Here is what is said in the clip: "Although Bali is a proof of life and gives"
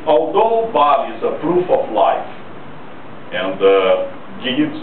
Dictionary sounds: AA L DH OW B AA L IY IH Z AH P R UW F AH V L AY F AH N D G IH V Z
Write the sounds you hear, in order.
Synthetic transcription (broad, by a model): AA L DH OW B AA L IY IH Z AH P R UW F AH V L AY F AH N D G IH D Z